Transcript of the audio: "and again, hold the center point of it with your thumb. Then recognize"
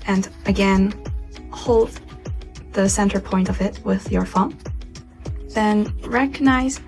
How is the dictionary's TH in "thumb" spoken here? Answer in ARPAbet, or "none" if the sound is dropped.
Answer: F